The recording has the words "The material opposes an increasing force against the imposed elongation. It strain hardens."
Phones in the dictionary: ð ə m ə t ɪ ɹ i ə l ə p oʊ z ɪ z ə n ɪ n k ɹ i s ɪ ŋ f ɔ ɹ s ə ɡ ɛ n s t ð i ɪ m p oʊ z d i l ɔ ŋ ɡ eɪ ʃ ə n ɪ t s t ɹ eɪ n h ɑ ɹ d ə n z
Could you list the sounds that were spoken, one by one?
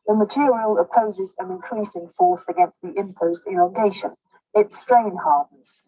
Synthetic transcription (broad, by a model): ð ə m ə t ɪ ɹ i ə l ə p oʊ z ɪ z ə n ɪ n k ɹ i s ɪ ŋ f ɔ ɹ s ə ɡ ɛ n s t ð i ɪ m p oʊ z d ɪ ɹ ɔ ɡ eɪ ʃ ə n ɪ t s t ɹ eɪ n h ɑ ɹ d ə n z